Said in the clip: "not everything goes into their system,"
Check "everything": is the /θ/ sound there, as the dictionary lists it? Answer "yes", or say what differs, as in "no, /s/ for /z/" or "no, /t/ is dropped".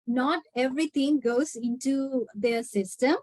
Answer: no, /t/ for /θ/